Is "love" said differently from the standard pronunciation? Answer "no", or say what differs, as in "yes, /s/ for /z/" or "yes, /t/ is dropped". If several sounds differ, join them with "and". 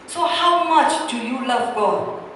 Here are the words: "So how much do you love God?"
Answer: no